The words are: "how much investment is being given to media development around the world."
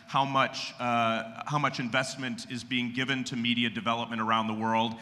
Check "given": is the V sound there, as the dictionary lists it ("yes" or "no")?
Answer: yes